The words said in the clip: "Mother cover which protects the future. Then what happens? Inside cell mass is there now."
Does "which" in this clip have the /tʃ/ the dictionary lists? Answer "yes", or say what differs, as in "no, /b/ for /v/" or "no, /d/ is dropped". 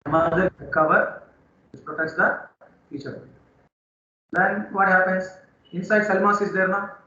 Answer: no, /s/ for /tʃ/